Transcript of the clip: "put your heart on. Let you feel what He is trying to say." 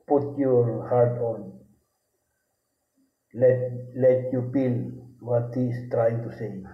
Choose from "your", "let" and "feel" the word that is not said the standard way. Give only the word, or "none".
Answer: feel